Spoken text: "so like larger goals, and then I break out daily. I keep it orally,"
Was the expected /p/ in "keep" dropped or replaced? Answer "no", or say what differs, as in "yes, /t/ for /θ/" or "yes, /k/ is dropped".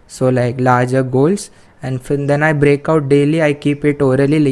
no